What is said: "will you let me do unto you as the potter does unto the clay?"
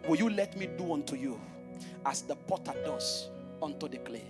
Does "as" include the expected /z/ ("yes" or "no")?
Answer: no